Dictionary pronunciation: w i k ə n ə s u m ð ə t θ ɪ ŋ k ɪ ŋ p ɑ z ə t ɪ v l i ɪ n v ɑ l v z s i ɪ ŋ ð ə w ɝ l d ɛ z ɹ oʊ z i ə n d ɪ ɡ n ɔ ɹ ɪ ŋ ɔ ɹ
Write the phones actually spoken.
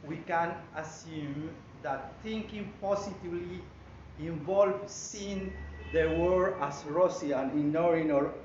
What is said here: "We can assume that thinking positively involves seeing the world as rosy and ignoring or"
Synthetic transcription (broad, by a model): w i k ə n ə s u m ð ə t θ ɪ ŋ k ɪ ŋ p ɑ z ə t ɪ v l i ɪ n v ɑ l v s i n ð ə w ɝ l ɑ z ɹ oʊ s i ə n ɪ n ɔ ɹ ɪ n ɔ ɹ